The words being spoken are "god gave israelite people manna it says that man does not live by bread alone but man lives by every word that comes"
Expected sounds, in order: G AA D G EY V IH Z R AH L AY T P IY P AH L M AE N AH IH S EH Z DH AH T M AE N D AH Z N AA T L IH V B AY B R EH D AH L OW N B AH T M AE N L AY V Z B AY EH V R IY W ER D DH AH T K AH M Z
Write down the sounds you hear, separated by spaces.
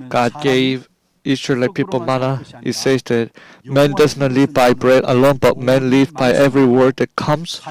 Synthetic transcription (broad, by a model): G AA D G EY V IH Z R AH L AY P IY P AH L M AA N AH IH S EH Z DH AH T M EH N D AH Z N AA T L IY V B AY B R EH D AH L OW N B AH T M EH N L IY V B AY EH V R IY W ER D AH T K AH M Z